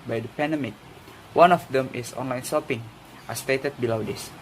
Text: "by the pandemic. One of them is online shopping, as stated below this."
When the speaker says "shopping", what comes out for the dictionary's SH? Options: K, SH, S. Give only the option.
S